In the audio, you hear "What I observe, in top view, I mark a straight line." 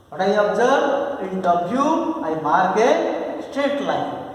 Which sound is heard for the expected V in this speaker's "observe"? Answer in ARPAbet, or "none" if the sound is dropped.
B